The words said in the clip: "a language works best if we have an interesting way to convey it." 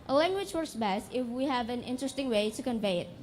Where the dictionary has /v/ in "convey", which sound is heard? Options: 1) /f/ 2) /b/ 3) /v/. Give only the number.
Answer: 3